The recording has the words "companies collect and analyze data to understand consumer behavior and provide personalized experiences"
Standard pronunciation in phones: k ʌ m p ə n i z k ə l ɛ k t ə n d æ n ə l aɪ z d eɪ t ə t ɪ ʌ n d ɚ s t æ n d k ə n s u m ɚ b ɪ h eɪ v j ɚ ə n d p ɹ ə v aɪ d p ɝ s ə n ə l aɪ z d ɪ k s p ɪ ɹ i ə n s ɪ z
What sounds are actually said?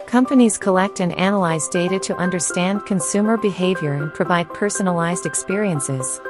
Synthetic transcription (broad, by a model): k ʌ m p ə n i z k ə l ɛ k t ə n æ n ə l aɪ z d eɪ t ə t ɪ ʌ n d ɚ s t æ n d k ə n s u m ɚ b ɪ h eɪ v j ɚ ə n p ɹ ə v aɪ d p ɝ s ə n ə l aɪ z d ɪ k s p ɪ ɹ i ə n s ɪ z